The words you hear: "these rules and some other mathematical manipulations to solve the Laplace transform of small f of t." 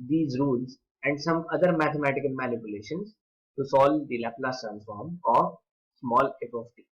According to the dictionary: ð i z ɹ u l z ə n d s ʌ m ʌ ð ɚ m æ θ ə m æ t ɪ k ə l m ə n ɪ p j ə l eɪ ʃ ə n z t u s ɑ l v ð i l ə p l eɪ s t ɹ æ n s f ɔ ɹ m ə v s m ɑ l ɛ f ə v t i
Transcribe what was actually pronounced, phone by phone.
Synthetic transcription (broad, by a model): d i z ɹ u l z ə n d s ʌ m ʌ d ɚ m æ t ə m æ t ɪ k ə l m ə n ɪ p j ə l eɪ ʃ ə n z t u s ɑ l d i l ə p l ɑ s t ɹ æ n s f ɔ ɹ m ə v s m ɑ l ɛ p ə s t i